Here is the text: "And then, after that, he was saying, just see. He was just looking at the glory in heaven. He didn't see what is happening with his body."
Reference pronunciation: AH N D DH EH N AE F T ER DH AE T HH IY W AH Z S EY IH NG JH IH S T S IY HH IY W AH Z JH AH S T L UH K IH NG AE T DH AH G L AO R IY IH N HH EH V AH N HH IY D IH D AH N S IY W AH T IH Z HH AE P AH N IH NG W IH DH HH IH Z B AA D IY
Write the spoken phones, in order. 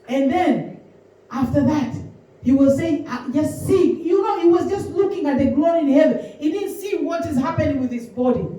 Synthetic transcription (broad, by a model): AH N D DH EH N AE F T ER DH AE T HH IY W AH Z S EY IH NG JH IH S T S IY HH IY W AH Z JH AH S T L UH K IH NG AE T DH AH G L AO R IY IH N HH EH V AH N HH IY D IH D N S IY W AH T IH Z HH AE P AH N IH NG W IH DH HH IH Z B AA D IY